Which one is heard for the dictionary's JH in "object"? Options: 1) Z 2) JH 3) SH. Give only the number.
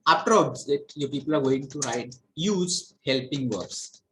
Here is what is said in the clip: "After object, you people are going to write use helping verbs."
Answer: 1